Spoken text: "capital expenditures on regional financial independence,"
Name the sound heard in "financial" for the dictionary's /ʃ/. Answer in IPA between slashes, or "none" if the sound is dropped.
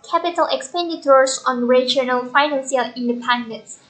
/s/